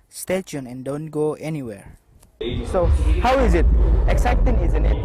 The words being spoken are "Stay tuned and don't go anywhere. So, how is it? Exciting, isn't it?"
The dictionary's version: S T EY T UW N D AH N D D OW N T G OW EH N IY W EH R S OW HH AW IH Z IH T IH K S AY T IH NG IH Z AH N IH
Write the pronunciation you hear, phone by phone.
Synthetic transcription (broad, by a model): S T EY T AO N AH N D D OW N T G OW EH N IY W EH R S OW HH AW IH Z IH T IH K S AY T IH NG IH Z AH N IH